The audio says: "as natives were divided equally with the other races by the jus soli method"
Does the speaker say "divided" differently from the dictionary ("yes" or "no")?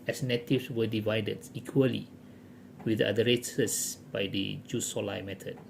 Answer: no